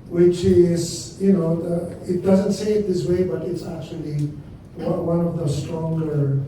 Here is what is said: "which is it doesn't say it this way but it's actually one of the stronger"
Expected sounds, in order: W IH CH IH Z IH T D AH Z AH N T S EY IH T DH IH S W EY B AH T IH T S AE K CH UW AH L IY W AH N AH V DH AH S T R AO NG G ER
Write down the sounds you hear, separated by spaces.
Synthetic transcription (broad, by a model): W IH CH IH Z IH T D AH Z AH N T S EY IH T DH IH S W EY B AH T IH T S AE K CH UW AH W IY W AH N AH V DH AH S T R AO NG G ER